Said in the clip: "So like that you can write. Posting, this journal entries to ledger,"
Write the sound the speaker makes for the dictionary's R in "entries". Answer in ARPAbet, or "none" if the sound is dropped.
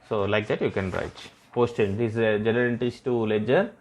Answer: none